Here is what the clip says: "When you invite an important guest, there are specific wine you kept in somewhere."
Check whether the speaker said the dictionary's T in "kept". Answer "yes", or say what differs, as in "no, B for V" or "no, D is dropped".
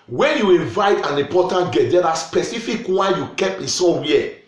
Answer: no, T is dropped